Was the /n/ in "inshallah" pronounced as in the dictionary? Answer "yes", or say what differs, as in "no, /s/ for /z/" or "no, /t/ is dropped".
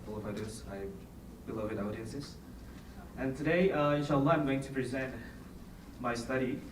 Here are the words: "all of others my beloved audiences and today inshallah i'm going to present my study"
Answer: no, /n/ is dropped